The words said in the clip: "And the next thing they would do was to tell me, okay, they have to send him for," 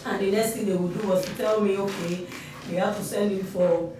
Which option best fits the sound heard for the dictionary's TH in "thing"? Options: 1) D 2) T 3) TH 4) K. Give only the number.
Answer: 2